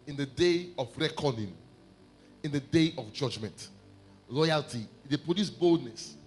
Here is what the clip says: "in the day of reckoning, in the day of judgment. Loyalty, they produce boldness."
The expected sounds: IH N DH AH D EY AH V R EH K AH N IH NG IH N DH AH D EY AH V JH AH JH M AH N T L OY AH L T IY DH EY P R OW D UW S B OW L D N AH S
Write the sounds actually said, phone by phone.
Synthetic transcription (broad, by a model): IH N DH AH D EY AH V R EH K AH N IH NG IH N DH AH D EY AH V JH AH JH M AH N T L OY AH L T IY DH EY P OW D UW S B OW L D N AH S